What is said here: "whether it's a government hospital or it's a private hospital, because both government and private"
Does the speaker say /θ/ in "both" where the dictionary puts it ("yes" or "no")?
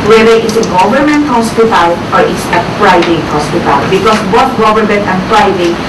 no